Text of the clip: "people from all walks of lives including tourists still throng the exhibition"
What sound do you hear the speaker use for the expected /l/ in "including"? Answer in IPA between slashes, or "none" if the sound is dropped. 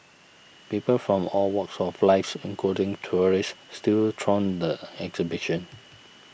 none